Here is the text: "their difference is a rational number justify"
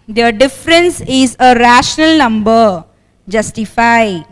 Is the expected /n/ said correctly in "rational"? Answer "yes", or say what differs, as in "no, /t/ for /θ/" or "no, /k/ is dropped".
yes